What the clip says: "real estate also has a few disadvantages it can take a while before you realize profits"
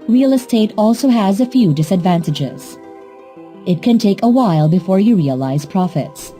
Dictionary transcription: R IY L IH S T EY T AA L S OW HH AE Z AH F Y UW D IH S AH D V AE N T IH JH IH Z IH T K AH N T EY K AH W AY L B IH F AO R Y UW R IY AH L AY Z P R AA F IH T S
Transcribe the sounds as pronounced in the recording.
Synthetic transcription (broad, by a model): R IY L IH S T EY T AA L S OW HH AE Z AH F Y UW D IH S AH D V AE N T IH JH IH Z IH T K AH N T EY K AH W AY L B IH F AO R Y UW R IY AH L AY Z P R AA F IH T S